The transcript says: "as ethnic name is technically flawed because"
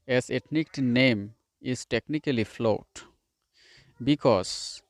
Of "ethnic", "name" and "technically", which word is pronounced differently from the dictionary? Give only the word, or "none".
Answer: ethnic